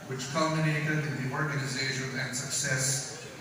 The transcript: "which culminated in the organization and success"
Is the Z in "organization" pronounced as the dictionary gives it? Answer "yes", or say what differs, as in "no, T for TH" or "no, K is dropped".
yes